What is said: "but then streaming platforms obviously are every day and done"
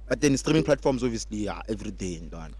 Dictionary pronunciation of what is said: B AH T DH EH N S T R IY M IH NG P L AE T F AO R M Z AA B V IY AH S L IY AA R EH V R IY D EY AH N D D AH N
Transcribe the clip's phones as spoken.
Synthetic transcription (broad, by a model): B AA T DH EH N S T R IY M IH NG P L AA T F AO R M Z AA V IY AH S L IY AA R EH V R IY D EY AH N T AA N